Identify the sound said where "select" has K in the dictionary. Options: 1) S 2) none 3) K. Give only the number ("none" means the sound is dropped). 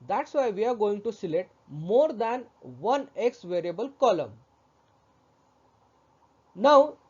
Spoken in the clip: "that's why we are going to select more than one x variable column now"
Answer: 2